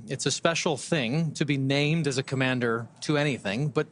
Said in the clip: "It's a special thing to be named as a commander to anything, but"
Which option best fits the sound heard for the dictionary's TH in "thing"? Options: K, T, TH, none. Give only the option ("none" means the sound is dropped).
TH